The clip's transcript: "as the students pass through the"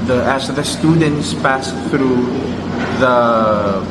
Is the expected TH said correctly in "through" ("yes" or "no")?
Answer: yes